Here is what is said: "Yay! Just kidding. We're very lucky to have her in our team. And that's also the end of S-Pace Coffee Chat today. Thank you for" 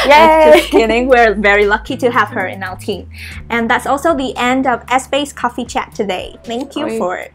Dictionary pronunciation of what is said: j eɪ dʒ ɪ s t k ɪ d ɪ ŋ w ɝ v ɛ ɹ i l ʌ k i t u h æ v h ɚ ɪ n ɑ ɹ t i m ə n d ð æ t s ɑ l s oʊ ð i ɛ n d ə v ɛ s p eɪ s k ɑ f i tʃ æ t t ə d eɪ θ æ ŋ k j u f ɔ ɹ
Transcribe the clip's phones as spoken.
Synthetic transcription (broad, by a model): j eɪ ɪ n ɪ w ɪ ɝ v ɛ ɹ i l ʌ k i t u h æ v h ɚ ɪ n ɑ l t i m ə n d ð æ t s ɑ l s oʊ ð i ɛ n d ə v ɛ s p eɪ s k ɑ f i tʃ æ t t ə d eɪ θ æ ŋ k j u f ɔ ɹ